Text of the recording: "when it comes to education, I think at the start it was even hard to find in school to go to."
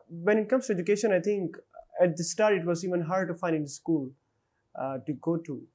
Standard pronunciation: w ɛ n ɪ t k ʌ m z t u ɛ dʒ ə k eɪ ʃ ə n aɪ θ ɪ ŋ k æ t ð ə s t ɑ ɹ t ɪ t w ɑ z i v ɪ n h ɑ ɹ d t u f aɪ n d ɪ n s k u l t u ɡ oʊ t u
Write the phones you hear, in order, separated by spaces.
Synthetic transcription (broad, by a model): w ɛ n ɪ t k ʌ m s t u ɛ dʒ ə k eɪ ʃ ə n aɪ t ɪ ŋ k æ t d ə s t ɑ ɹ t ɪ t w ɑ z i v ɪ n h ɑ ɹ d t u f aɪ n d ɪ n s k u l t u ɡ oʊ t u